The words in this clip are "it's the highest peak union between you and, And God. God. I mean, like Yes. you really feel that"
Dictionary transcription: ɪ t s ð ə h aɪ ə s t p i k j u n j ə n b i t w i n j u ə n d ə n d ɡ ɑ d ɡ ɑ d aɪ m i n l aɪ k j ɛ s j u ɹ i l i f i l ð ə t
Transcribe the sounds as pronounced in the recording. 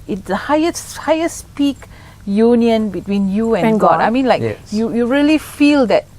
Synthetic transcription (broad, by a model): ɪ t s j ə h aɪ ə s p i k j u n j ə n b i t w i n j u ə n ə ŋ ɡ ɑ d ɑ ɪ m i n l aɪ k j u j u ɹ i l i f i l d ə t